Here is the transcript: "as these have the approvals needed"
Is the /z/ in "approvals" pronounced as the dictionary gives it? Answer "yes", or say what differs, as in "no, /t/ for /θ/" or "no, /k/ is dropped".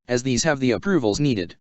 yes